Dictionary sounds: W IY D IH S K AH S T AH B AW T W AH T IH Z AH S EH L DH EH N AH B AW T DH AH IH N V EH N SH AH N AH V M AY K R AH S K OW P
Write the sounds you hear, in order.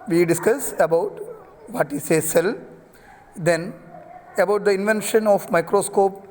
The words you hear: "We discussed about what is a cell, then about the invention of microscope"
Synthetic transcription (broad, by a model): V IY D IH S K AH S AH B AW T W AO T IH S AH S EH L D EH N AH B AW T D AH IH N V EH N SH AH N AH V M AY K R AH S K OW P